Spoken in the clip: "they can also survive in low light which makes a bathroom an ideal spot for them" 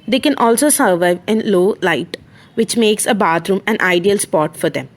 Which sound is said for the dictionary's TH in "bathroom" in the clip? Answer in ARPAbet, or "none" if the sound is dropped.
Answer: T